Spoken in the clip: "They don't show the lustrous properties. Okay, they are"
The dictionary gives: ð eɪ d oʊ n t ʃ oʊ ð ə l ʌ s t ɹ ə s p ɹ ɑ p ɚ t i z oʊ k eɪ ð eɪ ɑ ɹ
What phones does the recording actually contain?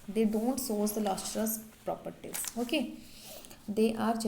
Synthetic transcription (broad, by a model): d eɪ d oʊ n t s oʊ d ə l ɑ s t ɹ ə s p ɹ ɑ p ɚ t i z oʊ k eɪ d eɪ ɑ ɹ